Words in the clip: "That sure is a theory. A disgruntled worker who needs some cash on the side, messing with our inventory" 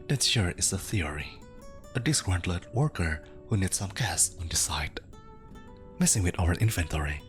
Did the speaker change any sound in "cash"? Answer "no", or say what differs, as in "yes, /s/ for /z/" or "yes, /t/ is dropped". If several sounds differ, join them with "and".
yes, /s/ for /ʃ/